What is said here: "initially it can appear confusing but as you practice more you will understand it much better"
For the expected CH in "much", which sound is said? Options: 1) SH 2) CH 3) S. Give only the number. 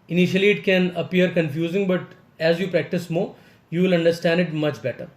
2